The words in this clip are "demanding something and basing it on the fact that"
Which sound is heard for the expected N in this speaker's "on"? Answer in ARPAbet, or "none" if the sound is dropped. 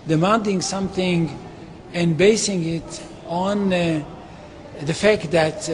N